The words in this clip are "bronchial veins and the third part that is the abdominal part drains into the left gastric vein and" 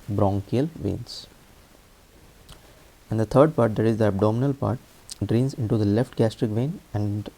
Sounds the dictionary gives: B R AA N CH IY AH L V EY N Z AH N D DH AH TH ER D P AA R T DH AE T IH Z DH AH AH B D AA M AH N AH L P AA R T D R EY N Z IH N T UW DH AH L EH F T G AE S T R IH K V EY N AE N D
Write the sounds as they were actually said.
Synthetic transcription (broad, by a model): B R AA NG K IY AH L V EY N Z AH N D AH T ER D P AA R T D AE T IH Z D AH AH B D AA M AH N AH L P AA R T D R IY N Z IH N T UW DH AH L EH F T G AE S T R IH K V EY N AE N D